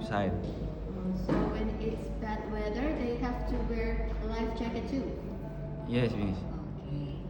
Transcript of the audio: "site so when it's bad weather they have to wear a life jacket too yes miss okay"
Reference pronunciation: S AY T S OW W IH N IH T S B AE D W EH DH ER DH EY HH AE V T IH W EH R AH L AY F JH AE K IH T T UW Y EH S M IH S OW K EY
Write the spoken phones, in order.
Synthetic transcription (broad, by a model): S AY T S OW W IH N IH T S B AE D W EH DH ER DH EY HH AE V T IH W EH R L AY F CH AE K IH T T UW Y EH S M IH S OW K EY